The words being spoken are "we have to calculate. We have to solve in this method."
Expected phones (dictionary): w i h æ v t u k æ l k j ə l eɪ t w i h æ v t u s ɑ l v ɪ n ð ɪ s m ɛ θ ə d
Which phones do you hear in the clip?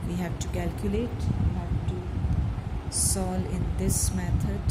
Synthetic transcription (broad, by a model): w i h æ v t u k æ l k j ə l eɪ t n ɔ t u s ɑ l ɪ n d ɪ s m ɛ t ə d